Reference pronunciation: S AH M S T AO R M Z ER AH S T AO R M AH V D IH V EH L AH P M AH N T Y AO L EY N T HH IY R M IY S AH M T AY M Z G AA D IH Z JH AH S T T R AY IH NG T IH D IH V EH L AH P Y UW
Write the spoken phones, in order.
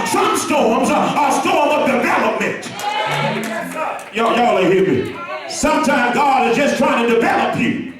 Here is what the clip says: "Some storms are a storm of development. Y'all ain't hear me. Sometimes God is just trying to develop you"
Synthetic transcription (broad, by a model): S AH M S T AO R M Z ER AH S T AO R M AH V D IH V EH L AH P M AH N T Y AO L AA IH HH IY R M IY S AH M T AY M G AA D IH Z JH AH S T T R AY IH NG T IH D IH V EH L AH P Y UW